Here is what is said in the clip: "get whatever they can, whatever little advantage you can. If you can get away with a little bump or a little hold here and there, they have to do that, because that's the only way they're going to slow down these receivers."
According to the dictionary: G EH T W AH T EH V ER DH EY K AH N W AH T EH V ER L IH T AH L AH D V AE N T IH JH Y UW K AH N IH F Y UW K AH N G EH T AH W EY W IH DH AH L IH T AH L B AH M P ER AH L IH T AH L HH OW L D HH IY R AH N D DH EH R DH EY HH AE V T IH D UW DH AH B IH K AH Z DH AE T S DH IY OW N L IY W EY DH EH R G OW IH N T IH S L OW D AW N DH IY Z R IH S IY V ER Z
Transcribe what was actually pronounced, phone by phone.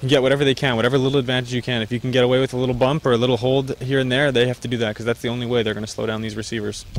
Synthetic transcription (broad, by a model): G EH T W AH T EH V ER DH EY K AH N W AH T EH V ER L IH T L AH D V AE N T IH JH Y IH K AH N IH F Y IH K N G EH T AH W EY W IH DH AH L IH T L B AH M P ER AH L IH T L HH OW L D HH IY R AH N DH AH R DH EY HH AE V T IH D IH DH AH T K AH Z DH AE T S DH IY OW N L IY W EY DH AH R G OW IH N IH S L OW D AW N DH IY Z R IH S IY V ER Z